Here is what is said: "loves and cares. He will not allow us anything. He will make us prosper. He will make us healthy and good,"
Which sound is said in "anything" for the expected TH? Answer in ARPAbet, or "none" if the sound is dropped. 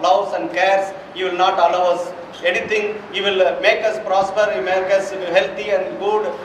T